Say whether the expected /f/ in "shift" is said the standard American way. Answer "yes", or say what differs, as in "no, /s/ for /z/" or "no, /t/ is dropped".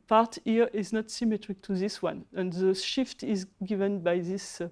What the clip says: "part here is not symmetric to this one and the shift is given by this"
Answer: yes